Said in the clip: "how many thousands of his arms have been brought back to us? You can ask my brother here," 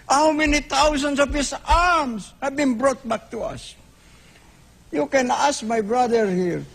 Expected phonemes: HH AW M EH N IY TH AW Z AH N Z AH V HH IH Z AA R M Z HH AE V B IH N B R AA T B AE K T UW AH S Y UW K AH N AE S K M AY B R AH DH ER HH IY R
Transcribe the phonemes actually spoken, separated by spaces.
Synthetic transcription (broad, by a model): HH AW M EH N IY T AW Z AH N S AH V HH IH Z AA R M S HH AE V B IH N B R AA T B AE K T UW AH S Y UW K AH N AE S K M AY B R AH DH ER HH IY R